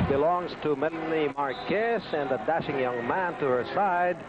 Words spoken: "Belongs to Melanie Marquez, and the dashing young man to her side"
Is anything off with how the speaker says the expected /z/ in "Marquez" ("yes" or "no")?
yes